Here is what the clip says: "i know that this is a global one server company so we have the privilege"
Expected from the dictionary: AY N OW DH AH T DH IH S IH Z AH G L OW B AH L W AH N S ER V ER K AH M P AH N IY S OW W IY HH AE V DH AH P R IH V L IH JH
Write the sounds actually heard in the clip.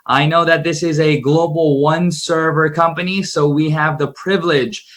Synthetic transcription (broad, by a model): AY N OW DH AH T DH IH S IH Z AH G L OW B L W AH N S ER V ER K AH M P AH N IY S OW W IY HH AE V DH AH P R IH V L IH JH